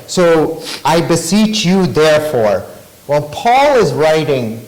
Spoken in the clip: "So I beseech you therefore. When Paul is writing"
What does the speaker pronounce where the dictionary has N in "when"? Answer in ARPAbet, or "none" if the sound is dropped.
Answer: L